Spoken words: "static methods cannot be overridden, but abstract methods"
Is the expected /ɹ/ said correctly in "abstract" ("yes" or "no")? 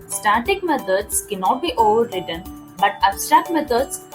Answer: no